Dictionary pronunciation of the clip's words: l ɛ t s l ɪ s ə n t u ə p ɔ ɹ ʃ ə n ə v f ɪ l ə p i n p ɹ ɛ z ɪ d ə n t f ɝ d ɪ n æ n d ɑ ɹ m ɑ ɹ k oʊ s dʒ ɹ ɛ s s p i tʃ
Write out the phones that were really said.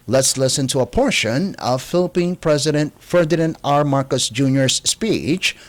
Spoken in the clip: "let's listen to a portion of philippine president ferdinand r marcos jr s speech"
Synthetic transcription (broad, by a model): l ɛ t s l ɪ s ə n t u ə p ɔ ɹ ʃ ə n ə v f ɪ l ə p i n p ɹ ɛ z ɪ d ə n t f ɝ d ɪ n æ n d ɑ ɹ m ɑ ɹ k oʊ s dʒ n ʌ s s p i tʃ